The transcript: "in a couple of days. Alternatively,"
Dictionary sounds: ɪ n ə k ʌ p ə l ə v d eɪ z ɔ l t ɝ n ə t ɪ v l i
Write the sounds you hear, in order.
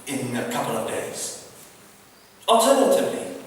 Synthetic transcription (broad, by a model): ɪ n ə k ʌ p ə l ə v d eɪ z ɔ l t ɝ n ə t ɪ v l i